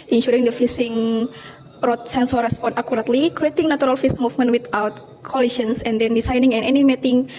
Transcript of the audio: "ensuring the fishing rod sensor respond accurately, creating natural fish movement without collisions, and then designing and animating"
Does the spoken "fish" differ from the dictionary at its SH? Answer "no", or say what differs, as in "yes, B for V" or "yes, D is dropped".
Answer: yes, S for SH